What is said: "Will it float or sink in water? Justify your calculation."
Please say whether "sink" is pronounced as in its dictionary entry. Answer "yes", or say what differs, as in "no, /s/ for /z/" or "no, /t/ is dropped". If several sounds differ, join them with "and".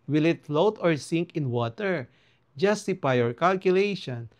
yes